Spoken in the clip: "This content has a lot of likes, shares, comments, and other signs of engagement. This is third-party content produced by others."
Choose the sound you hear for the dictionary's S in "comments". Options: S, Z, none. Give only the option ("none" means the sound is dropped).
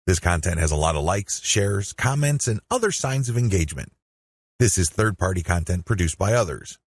S